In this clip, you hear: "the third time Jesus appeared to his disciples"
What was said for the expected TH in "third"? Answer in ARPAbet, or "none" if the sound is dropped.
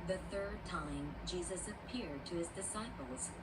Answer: TH